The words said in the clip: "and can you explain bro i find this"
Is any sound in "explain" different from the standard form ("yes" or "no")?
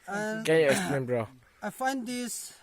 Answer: yes